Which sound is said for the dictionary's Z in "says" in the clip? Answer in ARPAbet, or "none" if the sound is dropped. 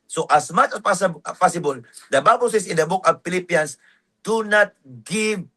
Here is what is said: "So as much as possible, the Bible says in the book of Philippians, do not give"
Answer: S